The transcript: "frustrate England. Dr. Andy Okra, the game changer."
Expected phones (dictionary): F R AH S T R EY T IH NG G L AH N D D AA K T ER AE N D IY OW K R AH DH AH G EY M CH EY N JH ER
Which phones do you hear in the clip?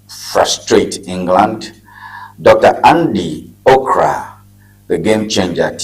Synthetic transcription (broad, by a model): F R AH S T R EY T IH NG G L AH N D D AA K T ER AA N D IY OW K R AH DH AH G EY M CH EY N JH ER